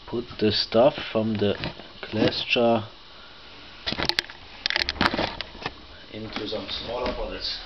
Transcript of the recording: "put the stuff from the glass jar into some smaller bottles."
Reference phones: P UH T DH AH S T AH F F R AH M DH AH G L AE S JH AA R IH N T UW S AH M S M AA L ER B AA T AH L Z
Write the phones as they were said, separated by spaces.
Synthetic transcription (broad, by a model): P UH T DH AH S T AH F F R AH M DH AH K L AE S CH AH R IH N T UW S AH M S M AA L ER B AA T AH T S